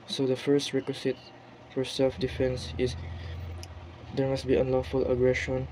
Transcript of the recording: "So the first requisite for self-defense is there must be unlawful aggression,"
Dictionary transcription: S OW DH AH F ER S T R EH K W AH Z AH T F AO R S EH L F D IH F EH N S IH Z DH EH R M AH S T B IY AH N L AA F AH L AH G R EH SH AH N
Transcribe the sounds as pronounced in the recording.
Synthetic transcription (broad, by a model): S OW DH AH F ER S T R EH K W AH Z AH T F AO R S EH L F D IH F EH N S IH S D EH R M AH S T B IY AH N L AA F AH L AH G R EH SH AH N